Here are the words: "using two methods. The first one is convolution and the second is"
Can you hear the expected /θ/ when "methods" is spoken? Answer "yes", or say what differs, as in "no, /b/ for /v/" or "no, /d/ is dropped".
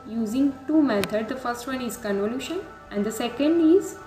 no, /t/ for /θ/